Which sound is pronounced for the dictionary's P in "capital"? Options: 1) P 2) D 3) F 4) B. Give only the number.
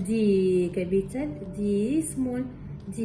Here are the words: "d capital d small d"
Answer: 4